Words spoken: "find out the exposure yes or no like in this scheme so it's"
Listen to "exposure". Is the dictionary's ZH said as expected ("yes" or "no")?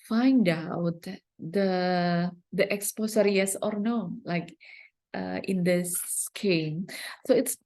no